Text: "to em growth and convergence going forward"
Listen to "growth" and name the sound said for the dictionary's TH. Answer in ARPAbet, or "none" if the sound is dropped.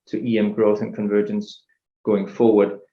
TH